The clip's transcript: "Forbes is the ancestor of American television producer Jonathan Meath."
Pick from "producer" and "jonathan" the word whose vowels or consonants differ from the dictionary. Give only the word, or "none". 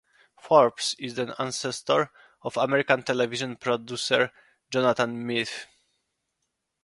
jonathan